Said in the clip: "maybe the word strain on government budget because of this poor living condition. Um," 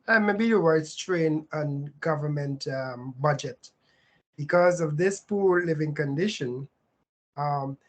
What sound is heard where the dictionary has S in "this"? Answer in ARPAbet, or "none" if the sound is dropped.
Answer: S